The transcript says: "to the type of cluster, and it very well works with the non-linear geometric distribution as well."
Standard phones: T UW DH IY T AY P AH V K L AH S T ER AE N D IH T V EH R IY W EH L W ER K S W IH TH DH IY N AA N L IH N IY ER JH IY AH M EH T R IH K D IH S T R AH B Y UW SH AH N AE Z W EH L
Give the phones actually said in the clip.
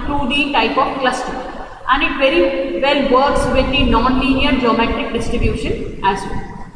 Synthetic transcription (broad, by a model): T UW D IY T AY P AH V K L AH S T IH AE N D IH T V EH R IY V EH L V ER K S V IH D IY N AA N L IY N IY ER JH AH M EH T IH K D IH S T R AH B Y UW SH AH N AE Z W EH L